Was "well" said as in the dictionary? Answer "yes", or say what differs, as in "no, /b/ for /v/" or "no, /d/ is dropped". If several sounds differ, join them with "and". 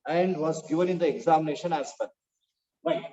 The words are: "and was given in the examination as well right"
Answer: no, /n/ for /l/